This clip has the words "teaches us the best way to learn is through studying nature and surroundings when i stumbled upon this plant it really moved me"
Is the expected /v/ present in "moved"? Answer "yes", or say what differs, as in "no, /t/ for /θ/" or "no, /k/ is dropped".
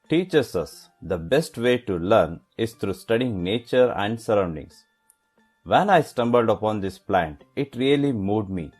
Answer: no, /v/ is dropped